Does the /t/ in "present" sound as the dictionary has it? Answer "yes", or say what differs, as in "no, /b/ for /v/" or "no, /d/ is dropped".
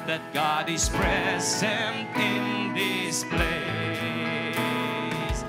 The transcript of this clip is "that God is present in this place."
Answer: yes